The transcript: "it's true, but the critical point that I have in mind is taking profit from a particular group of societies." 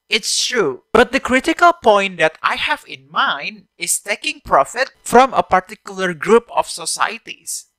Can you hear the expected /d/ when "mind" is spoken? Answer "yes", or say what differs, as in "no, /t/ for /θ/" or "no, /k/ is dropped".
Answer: yes